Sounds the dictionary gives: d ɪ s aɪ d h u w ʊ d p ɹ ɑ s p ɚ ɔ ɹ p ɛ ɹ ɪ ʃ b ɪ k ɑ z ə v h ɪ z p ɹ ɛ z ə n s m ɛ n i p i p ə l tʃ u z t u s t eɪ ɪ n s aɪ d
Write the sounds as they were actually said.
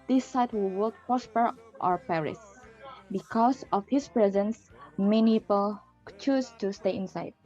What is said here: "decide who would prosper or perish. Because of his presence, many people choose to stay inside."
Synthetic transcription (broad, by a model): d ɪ s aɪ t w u w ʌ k p ɹ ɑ s p ɚ ɔ ɹ p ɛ ɹ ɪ s b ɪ k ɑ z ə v h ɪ s p ɹ ɛ z ə n s m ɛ n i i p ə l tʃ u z t u s t eɪ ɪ n s aɪ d